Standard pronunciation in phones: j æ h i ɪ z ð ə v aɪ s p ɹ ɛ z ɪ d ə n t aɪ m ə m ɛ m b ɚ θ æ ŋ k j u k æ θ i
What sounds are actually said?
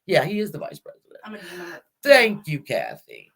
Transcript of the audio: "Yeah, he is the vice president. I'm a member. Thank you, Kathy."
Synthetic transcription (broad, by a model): j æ h i ɪ z ð ə v aɪ s p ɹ ɛ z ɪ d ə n θ æ ŋ k j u k æ θ i